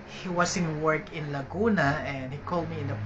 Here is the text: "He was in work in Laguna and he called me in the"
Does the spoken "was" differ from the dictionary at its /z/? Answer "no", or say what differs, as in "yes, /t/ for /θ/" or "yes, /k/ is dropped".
yes, /s/ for /z/